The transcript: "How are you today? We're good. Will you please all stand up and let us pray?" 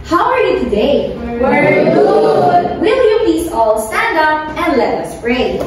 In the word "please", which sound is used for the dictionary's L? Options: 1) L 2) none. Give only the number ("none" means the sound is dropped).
2